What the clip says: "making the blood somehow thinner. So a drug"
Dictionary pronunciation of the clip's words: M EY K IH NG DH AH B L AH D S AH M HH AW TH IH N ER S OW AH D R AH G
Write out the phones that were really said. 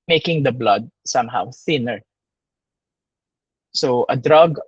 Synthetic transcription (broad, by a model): M EY K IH NG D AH B L AH D S AH M HH AW TH IH N ER S OW AH D R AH G